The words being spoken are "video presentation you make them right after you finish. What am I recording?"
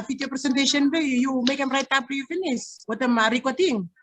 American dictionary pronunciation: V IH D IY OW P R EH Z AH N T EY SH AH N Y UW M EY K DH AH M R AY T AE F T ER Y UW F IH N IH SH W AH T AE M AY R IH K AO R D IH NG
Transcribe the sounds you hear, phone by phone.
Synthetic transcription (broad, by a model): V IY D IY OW P R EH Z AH N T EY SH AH N Y UW M EY K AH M R AY T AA P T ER Y UW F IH N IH S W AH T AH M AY R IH K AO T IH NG